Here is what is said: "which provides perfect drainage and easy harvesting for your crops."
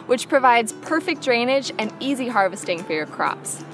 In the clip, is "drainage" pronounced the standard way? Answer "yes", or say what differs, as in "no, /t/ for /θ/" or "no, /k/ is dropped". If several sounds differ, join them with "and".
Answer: yes